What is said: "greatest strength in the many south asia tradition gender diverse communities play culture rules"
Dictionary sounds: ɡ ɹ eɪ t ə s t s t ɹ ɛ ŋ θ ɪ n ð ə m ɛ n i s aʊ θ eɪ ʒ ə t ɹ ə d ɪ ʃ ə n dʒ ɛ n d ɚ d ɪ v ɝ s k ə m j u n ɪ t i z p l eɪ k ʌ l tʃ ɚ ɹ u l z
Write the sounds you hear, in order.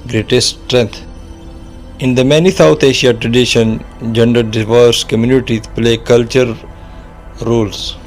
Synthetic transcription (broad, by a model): ɡ ɹ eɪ t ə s s t ɹ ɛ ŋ t ɪ n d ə m ɛ n i s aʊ t eɪ ʃ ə t ɹ ə d ɪ ʃ ə n dʒ ɛ n d ɚ d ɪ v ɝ s k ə m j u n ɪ t i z p l eɪ k ʌ l tʃ ɚ ɹ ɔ l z